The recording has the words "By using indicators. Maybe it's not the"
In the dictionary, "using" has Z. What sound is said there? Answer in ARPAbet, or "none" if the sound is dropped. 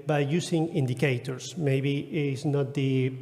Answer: S